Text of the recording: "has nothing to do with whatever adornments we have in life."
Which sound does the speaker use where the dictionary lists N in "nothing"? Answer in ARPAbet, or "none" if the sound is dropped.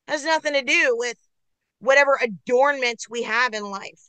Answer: N